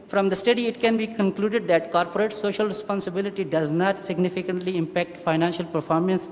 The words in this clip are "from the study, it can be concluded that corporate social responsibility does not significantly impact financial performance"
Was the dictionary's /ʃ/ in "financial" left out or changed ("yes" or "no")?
no